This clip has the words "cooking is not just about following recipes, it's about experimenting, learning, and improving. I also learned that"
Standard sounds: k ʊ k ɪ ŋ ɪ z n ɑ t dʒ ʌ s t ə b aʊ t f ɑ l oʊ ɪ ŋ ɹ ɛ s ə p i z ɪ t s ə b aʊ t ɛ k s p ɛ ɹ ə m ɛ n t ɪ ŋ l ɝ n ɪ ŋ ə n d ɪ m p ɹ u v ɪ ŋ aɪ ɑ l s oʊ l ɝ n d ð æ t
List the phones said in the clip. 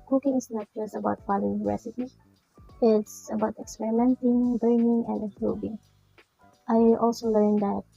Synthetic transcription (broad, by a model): k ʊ k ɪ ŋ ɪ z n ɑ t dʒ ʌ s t ə b aʊ t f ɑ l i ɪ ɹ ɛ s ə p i ɪ t s ə b aʊ t ɛ k s p ɛ ɹ ə m ɛ n t ɪ ŋ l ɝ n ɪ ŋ ə n d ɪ p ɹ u b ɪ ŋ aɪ ɑ l s oʊ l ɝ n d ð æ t